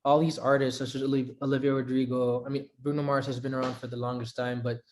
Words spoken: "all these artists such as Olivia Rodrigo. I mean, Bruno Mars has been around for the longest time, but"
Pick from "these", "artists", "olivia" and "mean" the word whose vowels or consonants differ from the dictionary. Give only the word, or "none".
none